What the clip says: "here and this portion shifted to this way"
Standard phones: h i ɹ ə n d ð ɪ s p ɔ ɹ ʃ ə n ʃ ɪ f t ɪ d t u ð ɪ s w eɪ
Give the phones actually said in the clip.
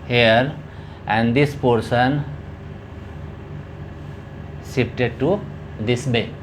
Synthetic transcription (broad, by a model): h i ɹ ə n d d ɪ s p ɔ ɹ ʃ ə n s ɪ p t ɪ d t u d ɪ s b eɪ